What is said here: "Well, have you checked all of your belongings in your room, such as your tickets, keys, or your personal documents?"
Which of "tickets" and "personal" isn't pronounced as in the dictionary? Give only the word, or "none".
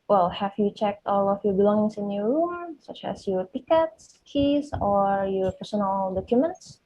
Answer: none